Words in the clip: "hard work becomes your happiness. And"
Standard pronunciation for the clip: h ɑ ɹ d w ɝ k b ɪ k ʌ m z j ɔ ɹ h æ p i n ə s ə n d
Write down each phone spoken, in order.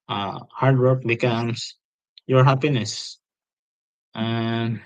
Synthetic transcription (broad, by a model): h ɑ ɹ d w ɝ k b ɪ k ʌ m s j ɔ ɹ h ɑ p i n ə s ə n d